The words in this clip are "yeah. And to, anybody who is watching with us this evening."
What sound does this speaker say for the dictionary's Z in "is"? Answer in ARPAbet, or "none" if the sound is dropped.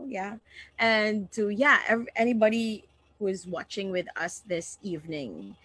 Z